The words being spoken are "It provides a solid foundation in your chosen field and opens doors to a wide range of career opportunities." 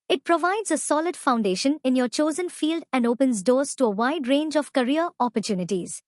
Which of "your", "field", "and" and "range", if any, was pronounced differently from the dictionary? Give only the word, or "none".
none